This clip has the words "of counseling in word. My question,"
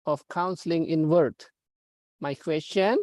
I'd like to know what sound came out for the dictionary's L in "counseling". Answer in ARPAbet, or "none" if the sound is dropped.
L